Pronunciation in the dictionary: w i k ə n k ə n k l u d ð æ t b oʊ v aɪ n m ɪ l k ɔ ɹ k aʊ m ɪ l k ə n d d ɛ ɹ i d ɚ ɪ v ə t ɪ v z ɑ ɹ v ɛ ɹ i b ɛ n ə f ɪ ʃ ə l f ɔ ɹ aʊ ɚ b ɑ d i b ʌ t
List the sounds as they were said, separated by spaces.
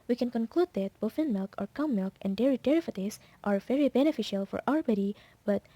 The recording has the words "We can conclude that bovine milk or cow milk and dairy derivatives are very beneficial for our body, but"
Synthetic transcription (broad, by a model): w i k ə n k ə n k l u d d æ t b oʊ f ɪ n m ɪ l k ɔ ɹ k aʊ m ɪ l k ə n d d ɛ ɹ i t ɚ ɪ f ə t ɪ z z ɑ ɹ v ɛ ɹ i b ɛ n ə f ɪ ʃ ə l f ɔ ɹ aʊ ɚ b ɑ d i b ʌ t